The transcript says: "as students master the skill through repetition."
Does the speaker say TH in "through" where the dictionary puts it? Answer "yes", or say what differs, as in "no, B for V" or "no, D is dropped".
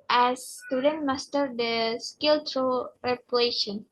no, T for TH